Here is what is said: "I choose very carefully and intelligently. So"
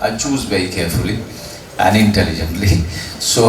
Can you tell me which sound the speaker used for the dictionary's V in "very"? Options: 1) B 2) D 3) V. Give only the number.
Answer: 1